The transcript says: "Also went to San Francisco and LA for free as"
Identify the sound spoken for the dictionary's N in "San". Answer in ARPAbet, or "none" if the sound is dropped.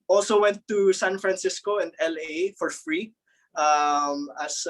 N